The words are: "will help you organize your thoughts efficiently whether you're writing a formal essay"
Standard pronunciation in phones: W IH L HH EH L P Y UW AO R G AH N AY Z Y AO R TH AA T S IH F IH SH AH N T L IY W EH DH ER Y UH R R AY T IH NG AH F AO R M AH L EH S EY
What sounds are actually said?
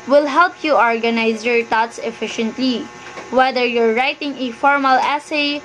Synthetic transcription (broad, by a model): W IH L HH EH L P Y UW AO R G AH N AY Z Y AO R T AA T S IH F IH SH AH N T L IY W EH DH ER Y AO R R AY T IH NG AH F AO R M AH L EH S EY